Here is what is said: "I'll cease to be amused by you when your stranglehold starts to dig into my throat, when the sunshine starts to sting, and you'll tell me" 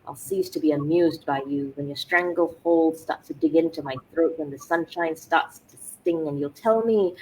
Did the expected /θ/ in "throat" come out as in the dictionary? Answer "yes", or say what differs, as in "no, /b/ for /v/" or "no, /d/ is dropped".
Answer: yes